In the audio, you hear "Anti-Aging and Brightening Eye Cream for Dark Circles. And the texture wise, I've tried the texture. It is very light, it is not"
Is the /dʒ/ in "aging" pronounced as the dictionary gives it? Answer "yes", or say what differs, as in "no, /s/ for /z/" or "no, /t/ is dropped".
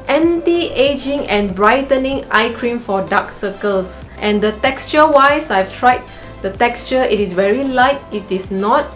yes